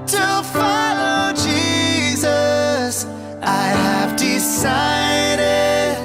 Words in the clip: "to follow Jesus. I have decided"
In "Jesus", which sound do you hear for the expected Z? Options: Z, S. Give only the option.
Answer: Z